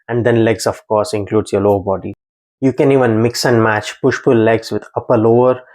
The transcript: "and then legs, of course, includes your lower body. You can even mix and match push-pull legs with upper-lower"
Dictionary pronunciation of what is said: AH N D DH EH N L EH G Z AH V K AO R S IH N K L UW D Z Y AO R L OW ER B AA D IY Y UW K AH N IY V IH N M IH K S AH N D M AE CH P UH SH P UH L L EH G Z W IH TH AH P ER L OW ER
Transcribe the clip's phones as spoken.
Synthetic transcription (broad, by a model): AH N D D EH N L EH G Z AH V K AO R S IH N K L UW D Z Y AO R L OW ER B AA D IY Y UW K AH N IY V IH N M IH K S AH N D M AE CH P UH SH F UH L L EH G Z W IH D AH P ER L OW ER